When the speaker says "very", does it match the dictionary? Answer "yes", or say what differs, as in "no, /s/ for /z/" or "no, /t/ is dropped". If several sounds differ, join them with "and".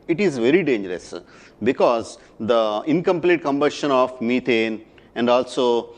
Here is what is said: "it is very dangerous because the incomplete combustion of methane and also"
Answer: yes